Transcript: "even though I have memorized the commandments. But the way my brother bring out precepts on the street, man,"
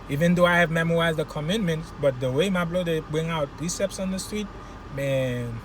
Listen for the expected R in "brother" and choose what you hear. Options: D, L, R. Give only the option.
L